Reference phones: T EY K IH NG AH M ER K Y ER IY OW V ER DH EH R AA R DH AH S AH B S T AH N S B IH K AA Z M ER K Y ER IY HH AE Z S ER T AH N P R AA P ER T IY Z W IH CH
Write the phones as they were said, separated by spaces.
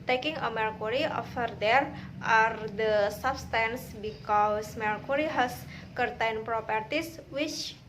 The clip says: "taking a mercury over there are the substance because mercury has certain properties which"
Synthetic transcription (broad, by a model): T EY K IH NG AH M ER K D IY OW F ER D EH R AA R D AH S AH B S T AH N S B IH K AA S M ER K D IY HH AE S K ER T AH N P R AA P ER T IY S W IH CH